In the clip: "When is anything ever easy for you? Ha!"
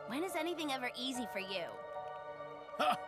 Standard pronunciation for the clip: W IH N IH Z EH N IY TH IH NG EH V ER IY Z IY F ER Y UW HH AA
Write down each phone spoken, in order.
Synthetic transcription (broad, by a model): W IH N IH Z EH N IY TH IH NG EH V ER IY Z IY F ER Y UW